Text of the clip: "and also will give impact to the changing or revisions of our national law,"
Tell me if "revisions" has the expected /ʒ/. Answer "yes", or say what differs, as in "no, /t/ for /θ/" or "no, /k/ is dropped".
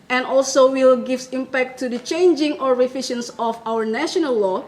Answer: no, /ʃ/ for /ʒ/